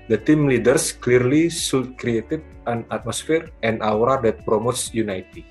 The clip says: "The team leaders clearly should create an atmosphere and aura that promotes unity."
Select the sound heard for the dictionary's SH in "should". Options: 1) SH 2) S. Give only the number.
2